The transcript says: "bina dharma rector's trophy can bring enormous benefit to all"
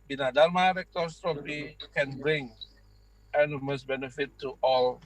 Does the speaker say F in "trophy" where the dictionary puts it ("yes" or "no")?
no